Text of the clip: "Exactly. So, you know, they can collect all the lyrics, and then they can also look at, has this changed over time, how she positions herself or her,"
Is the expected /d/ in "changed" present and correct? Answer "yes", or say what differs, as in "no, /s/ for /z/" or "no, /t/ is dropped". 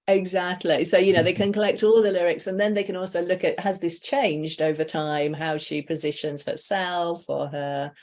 yes